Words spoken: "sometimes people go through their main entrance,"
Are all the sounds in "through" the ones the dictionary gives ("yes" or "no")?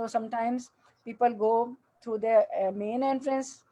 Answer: no